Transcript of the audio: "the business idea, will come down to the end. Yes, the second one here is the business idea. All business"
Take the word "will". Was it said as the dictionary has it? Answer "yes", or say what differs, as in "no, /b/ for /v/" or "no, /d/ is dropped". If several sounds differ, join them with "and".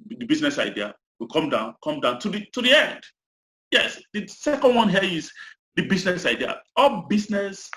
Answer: no, /n/ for /l/